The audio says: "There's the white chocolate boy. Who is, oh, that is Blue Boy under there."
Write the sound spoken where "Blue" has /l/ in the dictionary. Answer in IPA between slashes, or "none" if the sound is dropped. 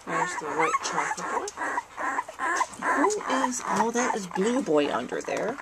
/l/